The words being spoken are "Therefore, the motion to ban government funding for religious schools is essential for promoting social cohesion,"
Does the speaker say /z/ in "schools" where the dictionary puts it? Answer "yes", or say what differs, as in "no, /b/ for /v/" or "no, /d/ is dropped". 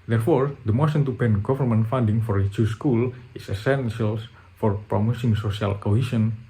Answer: no, /z/ is dropped